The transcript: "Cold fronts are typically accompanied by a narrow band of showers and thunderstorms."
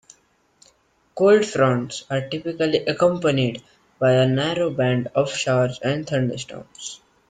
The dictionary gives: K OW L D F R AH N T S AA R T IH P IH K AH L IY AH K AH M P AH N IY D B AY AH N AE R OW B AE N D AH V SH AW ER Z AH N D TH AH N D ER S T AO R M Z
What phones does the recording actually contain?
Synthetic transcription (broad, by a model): K OW L D F R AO N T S AA R T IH P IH K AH L IY AH K AH M P AH N IY D B AY AH N AE R OW B AE N D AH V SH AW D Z AH N D T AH N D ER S T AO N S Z